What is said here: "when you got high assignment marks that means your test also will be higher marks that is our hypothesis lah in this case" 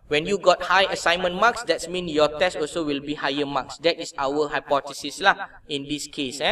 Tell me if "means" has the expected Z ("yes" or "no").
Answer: no